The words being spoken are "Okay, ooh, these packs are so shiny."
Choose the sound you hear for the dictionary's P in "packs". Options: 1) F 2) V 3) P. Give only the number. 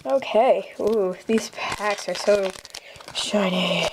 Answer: 3